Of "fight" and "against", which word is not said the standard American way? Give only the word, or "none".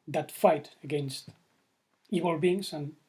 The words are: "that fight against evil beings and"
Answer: none